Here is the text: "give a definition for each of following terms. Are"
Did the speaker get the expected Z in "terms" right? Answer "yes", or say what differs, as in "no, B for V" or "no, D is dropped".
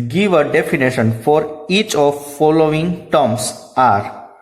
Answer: no, S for Z